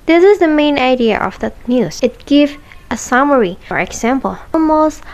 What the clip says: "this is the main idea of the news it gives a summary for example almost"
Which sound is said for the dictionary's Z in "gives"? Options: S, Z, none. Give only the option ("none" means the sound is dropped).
none